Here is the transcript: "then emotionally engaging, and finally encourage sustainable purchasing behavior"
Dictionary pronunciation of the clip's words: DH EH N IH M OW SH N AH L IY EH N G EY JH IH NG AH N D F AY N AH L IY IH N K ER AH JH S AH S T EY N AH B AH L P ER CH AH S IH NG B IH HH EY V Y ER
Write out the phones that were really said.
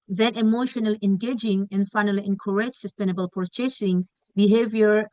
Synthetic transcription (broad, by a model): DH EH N IH M OW SH N AH L IY EH N G EY JH IH NG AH N F AY N AH L IY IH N K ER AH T S AH S T EY N AH B AH L P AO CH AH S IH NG B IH HH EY V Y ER